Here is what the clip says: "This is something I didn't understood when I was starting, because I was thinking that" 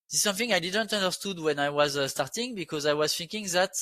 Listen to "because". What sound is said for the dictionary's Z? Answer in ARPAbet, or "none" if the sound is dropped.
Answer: Z